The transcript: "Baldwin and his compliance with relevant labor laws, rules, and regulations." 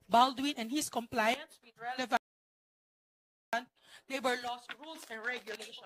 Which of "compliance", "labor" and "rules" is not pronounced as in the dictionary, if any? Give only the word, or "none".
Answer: rules